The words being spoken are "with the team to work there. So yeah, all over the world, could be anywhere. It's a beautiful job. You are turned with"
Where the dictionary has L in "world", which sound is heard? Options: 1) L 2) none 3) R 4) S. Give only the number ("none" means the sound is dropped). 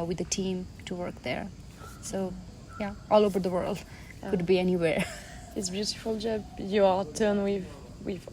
1